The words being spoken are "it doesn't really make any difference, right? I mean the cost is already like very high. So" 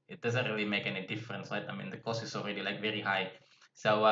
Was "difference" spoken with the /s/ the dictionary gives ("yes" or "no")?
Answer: yes